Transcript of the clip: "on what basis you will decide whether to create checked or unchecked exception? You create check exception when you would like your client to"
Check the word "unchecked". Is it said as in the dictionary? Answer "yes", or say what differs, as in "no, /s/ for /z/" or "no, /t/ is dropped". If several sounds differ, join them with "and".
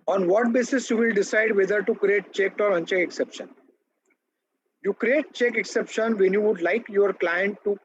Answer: no, /t/ is dropped